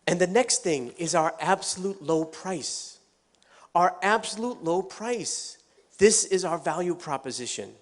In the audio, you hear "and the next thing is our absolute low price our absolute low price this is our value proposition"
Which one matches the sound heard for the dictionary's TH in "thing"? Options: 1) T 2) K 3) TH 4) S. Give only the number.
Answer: 3